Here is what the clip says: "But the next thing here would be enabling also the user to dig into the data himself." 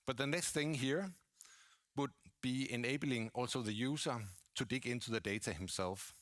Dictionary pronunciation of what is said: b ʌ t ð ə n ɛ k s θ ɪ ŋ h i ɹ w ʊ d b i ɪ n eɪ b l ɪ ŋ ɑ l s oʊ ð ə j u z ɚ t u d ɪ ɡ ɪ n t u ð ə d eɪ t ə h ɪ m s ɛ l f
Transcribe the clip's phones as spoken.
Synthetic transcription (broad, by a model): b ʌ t ð ə n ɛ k s θ ɪ ŋ h i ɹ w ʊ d b i ɪ n eɪ b l ɪ ŋ ɑ l s oʊ ð ə j u s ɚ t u d ɪ ɡ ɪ n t u ð ə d eɪ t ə h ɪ m s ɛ l f